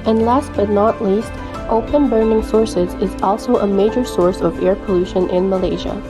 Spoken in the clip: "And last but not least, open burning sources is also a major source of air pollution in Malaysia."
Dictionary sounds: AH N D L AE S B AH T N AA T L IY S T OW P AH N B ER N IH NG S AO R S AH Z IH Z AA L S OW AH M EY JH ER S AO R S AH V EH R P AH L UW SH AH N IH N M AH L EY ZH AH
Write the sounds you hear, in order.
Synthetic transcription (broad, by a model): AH N L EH S B AH T N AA T L IY S T OW P AH N B ER N IH NG S AO R S AH Z IH Z AA L S OW AH M EY JH ER S AO R S AH V EH R P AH L UW SH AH N IH N M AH L EY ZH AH